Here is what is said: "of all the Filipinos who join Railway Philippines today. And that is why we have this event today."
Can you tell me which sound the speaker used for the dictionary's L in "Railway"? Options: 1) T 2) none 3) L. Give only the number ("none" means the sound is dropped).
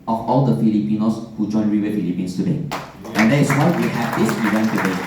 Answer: 2